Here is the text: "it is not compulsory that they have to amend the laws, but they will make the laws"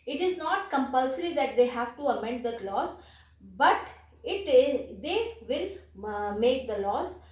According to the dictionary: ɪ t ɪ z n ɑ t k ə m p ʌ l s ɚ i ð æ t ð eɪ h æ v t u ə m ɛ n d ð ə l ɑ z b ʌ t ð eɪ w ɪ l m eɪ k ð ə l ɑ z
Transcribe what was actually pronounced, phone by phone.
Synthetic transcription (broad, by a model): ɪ t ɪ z n ɑ t k ə m p ʌ l s ɚ i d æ t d eɪ h æ v t u ə m ɛ n d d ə l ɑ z b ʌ t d eɪ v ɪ l m eɪ k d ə l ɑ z